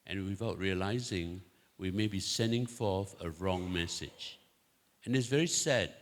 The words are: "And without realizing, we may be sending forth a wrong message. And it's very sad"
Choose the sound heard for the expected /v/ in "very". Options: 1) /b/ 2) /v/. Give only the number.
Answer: 2